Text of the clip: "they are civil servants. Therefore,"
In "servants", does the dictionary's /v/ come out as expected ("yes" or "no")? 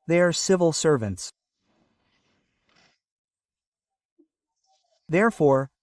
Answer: yes